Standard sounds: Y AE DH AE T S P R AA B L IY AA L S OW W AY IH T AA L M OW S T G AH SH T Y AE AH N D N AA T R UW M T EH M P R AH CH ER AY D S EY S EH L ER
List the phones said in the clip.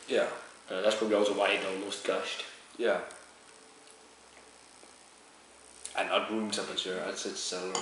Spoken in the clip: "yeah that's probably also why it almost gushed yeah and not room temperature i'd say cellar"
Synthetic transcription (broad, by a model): Y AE DH AE T S P R AA B L IY AA L S OW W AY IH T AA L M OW S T G AH SH T Y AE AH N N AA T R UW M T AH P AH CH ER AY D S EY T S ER